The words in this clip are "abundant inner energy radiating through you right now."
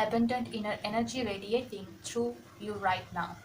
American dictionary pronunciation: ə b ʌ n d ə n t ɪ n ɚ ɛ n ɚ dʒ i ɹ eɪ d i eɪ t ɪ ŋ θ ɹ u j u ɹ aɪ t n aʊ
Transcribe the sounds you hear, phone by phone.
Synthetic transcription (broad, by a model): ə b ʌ n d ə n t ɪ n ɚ ɛ n ɚ dʒ i ɹ eɪ d i eɪ t ɪ ŋ t ɹ u j u ɹ aɪ t n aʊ